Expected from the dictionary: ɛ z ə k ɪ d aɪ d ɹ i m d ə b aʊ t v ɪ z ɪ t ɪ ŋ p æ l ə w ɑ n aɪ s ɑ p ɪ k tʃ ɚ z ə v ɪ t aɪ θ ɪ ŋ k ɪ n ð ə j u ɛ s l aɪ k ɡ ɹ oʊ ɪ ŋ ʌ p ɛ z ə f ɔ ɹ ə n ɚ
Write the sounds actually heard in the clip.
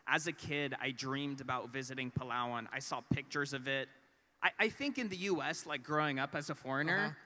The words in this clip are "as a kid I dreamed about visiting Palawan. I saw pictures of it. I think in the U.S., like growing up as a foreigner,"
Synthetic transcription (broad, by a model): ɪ z ə k ɪ d aɪ d ɹ i m d ə b aʊ t v ɪ z ɪ t ɪ ŋ p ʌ l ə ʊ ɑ n aɪ s ɑ p ɪ k tʃ ɚ z ə v ɪ t aɪ θ ɪ ŋ k ɪ n ð ə j u ɛ s l aɪ k ɡ ɹ oʊ ɪ ŋ ʌ p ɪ z ə f ɔ ɹ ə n ɚ